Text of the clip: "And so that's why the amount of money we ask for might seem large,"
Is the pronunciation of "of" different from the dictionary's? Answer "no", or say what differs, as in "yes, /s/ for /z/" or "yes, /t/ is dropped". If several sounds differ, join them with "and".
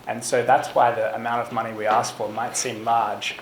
no